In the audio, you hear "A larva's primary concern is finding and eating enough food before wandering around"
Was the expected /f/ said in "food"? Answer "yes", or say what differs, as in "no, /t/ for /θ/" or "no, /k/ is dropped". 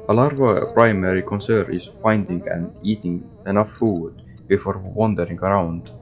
yes